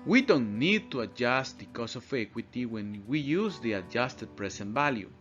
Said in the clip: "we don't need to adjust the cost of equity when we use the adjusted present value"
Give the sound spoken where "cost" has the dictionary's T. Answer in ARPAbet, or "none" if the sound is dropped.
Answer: none